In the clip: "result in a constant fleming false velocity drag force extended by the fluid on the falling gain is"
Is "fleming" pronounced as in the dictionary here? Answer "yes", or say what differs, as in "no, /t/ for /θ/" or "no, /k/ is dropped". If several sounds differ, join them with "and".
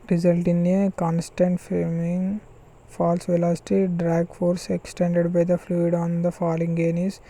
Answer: no, /l/ is dropped